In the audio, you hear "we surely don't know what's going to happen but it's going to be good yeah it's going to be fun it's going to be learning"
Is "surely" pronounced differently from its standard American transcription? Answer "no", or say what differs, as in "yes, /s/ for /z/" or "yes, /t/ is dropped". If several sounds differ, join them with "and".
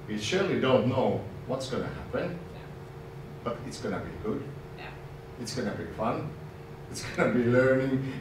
no